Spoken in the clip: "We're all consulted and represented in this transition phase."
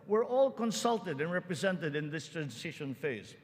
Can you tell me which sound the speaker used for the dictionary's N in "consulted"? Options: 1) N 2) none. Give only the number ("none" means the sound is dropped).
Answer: 1